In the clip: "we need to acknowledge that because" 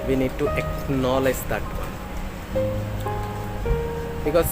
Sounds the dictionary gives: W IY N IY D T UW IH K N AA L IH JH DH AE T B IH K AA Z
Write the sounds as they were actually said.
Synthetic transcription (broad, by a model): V IY N IY D T UW IH K N AA L IH JH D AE T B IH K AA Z